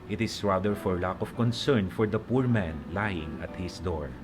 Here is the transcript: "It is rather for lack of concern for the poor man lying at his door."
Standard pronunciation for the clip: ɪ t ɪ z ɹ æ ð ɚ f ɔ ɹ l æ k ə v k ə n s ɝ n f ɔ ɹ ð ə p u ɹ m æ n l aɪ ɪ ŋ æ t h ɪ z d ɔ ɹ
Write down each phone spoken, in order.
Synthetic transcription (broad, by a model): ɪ t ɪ s ɹ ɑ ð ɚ f ɔ ɹ l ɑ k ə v k ə n s ɝ n f ɔ ɹ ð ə p u ɹ m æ n l aɪ ɪ ŋ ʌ t h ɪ s d ɔ ɹ